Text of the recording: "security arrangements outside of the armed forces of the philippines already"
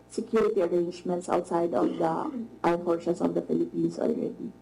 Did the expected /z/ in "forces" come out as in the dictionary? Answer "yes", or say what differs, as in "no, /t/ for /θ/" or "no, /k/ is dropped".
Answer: no, /s/ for /z/